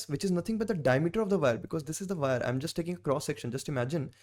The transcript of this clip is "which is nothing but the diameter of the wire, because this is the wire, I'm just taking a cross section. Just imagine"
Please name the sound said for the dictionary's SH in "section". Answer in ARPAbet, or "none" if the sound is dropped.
SH